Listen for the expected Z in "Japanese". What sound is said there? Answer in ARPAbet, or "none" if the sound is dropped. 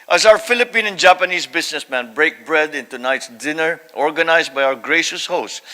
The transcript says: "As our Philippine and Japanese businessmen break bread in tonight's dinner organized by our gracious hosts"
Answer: S